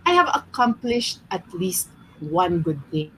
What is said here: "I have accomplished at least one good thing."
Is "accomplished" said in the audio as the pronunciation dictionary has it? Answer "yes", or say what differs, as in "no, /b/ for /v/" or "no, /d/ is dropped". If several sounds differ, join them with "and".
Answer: yes